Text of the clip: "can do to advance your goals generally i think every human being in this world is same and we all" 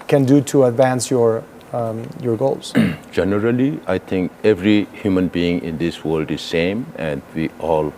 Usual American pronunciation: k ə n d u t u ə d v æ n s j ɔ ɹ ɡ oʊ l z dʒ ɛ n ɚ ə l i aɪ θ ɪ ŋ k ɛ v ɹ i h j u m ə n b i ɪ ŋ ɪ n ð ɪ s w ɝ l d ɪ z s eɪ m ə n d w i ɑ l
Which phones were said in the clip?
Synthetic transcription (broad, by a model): k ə n d u t u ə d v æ n s j ɔ ɹ ɡ oʊ l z dʒ ɛ n ɚ ə l i aɪ t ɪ ŋ k ɛ v ɹ i h j u m ə n b i ɪ ŋ ɪ n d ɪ s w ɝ l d ɪ z s eɪ m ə n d w i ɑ l